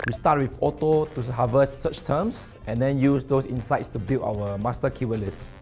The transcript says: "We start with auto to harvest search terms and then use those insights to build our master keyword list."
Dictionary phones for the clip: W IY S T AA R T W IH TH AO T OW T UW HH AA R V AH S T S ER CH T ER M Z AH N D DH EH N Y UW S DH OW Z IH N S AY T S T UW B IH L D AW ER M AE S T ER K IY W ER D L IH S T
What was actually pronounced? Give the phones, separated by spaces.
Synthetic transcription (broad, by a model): W IY S T AA T W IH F AO T OW T UW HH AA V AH S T S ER CH T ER M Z AH N D EH N Y UW S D OW S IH N S AY T S T UW B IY L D AW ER M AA S T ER K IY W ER L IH S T